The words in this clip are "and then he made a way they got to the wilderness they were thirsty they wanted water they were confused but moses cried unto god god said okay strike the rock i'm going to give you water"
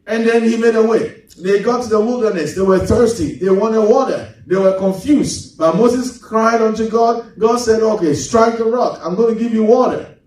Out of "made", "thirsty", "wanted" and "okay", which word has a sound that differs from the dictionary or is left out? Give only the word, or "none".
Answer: none